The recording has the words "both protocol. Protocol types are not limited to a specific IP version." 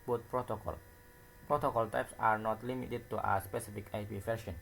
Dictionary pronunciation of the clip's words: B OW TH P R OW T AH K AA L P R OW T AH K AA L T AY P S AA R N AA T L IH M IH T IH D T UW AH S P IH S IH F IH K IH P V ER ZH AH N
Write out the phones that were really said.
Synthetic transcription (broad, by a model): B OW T P R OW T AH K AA L P R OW T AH K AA L T AY P S AA R N AA T L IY M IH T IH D T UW AH S P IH S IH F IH K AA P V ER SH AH N